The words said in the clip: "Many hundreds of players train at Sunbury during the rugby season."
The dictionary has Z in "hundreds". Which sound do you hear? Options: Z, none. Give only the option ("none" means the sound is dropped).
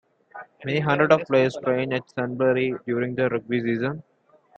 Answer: none